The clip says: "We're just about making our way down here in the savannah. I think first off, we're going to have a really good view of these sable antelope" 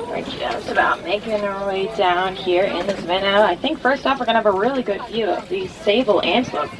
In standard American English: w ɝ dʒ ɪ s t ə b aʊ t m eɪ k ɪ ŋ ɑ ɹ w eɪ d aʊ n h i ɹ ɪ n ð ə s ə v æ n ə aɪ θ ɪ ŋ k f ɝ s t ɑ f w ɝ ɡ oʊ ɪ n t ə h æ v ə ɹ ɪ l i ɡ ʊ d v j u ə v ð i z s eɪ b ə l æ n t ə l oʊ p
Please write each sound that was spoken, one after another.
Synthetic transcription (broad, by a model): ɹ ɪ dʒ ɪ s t ə b aʊ t m eɪ k ɪ ŋ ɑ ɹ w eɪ d aʊ n h i ɹ ɪ n ð ə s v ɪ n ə aɪ θ ɪ ŋ k f ɝ s t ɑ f w ɝ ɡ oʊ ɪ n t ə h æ v ə ɹ ɪ l i ɡ ʊ d v j u ə v ð i z s eɪ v l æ n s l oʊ